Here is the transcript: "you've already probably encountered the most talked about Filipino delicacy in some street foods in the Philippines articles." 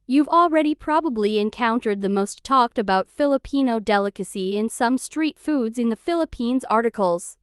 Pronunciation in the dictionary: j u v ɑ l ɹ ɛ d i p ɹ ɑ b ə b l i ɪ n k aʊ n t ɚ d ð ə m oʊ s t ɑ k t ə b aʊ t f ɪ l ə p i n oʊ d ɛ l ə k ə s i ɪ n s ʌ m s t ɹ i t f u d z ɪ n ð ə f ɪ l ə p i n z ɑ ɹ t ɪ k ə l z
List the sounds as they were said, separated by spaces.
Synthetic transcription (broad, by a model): j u v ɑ l ɹ ɛ d i p ɹ ɑ b ə b l i ɪ n k aʊ n t ɚ d ð ə m oʊ s t ɑ k t ə b aʊ t f ɪ l ə p i n oʊ d ɛ l ə k ə s i ɪ n s ʌ m s t ɹ i t f u d z ɪ n ð ə f ɪ l ə p i n z ɑ ɹ t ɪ k l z